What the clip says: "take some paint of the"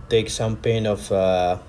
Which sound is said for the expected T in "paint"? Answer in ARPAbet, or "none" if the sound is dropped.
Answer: none